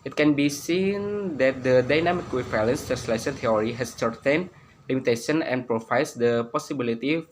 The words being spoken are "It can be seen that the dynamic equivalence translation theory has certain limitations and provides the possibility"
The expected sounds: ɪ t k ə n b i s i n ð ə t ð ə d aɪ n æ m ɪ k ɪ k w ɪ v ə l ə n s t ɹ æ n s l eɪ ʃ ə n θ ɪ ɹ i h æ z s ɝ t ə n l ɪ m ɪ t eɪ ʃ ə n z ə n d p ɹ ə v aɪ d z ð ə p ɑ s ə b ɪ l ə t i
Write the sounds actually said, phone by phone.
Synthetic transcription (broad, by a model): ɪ t k ə n b i s i n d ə t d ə d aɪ n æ m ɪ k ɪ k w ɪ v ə l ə n s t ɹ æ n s l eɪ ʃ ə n t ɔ ɹ i h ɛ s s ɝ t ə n l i m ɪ t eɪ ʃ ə n ə n p ɹ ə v aɪ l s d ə p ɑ s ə b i l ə t i